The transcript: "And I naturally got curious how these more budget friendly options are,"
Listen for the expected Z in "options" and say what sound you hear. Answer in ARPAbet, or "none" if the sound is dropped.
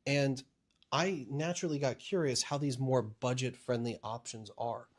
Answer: Z